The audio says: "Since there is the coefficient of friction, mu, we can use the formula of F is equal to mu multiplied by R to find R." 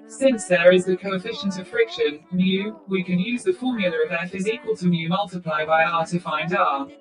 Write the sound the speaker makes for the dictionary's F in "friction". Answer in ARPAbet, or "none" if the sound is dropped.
F